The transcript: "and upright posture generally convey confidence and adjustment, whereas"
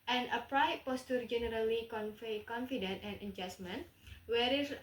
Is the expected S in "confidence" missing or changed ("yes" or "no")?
yes